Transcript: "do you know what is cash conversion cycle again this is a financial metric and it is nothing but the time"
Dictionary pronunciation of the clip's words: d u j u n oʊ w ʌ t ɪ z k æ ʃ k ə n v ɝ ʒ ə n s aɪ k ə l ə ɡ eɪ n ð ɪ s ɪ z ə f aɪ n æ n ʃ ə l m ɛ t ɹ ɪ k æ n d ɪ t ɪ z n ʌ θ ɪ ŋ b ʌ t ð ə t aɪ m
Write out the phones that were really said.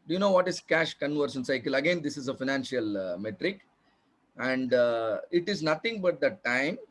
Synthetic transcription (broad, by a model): d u j u n oʊ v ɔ t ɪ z k æ ʃ k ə n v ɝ ʃ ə n s aɪ k ə l ə ɡ eɪ n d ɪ s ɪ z ə f aɪ n æ n ʃ ə l m ɛ t ɹ ɪ k æ n d ɪ t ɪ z n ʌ t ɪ ŋ b ʌ t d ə t aɪ m